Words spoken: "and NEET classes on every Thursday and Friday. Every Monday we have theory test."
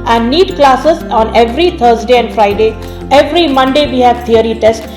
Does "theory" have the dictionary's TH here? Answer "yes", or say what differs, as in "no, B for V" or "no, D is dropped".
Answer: no, T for TH